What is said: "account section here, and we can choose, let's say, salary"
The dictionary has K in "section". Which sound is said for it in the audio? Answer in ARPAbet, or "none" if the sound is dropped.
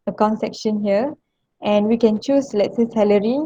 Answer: K